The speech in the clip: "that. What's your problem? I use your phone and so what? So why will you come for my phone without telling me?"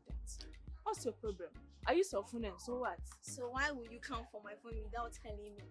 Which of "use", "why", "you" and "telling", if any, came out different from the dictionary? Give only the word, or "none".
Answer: none